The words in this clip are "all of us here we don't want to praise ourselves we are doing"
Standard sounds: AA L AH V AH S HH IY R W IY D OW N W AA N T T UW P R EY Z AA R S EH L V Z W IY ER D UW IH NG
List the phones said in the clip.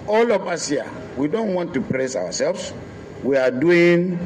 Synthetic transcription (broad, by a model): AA L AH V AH S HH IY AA W IY D OW N W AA N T T UW P R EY S AA W S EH L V S W IY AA D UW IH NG